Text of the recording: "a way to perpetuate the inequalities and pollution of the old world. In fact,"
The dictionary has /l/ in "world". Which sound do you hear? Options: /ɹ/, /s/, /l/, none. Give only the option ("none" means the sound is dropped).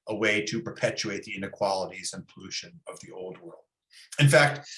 /l/